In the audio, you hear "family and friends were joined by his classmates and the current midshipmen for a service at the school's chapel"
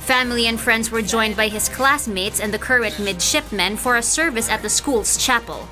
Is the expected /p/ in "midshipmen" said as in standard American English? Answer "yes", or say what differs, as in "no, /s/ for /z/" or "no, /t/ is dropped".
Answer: yes